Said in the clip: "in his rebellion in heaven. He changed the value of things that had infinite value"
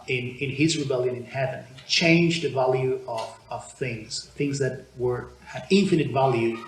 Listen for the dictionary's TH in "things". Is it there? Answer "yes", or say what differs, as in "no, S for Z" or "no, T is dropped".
yes